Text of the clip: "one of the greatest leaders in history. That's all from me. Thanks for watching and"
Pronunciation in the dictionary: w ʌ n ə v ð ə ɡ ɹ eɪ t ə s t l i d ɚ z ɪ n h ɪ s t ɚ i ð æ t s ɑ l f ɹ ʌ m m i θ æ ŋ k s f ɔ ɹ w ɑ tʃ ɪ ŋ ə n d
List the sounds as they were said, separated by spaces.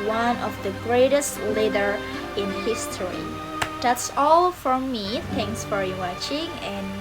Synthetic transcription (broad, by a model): w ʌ n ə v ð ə ɡ ɹ eɪ t ə s t l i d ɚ ɪ n h ɪ s t ɚ i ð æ t s ɑ l f ɹ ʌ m m i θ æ ŋ k s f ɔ ɹ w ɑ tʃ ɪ ŋ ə n